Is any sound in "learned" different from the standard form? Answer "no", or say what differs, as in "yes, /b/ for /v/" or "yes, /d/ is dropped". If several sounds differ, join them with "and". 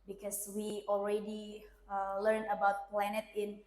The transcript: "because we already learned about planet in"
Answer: yes, /d/ is dropped